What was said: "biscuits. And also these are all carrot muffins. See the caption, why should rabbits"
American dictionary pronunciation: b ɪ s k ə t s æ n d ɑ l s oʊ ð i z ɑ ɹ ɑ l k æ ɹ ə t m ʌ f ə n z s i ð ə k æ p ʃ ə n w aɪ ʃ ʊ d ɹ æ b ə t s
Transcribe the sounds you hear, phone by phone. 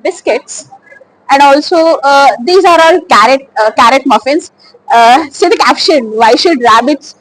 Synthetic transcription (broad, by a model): b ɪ s k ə t s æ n d ɑ l s oʊ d i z ɑ ɹ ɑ l k æ ɹ ə t m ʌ f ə n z s i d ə k æ p ʃ ə n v aɪ ʃ ʊ d ɹ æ b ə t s